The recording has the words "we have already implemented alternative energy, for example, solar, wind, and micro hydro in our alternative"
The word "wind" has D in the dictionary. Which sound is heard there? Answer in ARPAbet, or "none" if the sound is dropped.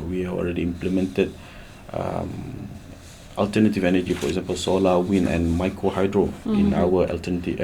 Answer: none